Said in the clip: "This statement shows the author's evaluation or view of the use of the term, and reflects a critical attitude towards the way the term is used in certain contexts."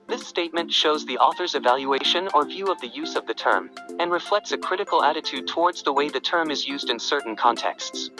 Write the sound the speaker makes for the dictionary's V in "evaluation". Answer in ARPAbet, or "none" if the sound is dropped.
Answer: V